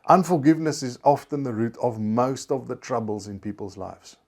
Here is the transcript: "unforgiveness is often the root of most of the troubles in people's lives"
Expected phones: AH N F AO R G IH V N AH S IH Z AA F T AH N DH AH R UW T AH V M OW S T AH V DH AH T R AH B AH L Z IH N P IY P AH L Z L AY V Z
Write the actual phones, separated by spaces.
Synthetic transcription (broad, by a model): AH N F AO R G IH V N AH S IH Z AA F T AH N DH AH R UW T AH V M OW S T AH V DH AH T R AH B AH L Z IH N P IY P AH L Z L AY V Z